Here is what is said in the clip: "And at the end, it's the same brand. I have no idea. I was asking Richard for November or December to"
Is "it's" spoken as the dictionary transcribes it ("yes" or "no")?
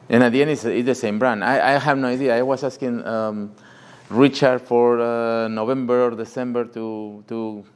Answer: no